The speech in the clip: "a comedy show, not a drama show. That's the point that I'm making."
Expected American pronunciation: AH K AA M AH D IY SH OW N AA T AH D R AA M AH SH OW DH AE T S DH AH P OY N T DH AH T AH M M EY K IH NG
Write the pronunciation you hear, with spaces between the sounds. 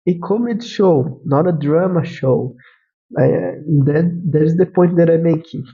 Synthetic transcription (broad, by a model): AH K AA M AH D SH OW N AA T AH D R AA M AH SH OW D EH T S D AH P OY T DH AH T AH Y M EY K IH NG